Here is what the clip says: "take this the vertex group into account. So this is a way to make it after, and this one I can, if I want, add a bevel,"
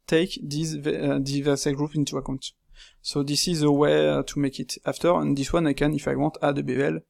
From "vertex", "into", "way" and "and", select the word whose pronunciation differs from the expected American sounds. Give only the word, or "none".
vertex